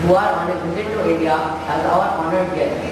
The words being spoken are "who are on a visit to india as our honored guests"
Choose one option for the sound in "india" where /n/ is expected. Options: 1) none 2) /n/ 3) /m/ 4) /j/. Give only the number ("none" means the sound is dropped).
1